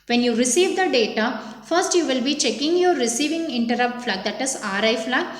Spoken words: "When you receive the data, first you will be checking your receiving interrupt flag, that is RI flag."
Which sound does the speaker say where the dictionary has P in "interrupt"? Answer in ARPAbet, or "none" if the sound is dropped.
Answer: P